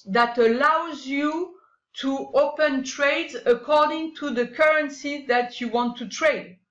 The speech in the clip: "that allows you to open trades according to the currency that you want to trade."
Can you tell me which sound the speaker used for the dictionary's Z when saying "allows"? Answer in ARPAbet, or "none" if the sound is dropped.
Z